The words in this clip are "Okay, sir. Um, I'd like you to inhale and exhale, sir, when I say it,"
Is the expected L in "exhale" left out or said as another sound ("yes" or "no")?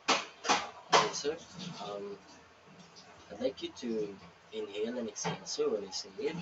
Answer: yes